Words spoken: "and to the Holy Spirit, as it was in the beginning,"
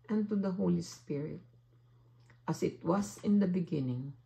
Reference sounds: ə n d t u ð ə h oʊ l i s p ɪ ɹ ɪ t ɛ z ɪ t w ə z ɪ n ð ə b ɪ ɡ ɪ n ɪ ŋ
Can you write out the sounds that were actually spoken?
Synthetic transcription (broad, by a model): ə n t u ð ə h oʊ l i s p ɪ ɹ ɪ t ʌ s ɪ t w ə s ɪ n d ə b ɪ ɡ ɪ n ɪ ŋ